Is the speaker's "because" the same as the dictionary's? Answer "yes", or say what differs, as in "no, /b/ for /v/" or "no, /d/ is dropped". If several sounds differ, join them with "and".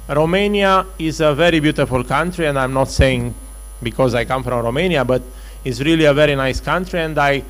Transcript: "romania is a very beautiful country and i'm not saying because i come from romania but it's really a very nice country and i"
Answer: yes